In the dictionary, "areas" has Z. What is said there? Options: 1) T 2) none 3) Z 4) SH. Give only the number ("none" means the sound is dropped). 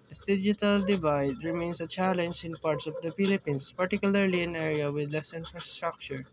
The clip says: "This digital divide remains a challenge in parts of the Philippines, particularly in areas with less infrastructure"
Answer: 2